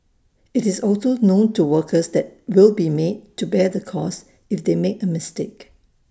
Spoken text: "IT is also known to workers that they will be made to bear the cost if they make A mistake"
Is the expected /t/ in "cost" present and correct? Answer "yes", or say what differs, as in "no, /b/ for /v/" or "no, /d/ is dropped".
no, /t/ is dropped